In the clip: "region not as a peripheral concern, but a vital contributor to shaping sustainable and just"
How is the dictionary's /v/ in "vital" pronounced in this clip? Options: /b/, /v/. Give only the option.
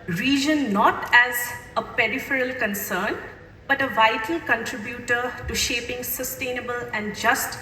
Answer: /v/